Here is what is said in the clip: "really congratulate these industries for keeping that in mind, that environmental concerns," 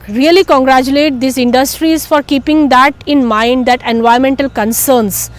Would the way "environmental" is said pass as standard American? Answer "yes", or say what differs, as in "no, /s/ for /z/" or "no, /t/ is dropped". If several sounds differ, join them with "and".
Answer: no, /ɹ/ is dropped